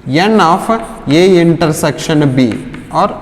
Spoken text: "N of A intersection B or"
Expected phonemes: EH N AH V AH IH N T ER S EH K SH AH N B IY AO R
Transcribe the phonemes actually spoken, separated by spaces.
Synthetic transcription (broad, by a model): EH N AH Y AH IH N T ER S EH K SH AH N B IY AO R